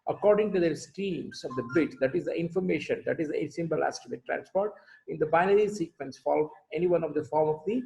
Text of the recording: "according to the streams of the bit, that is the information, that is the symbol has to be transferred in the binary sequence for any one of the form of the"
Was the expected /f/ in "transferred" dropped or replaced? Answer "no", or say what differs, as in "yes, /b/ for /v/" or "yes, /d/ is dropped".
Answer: yes, /p/ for /f/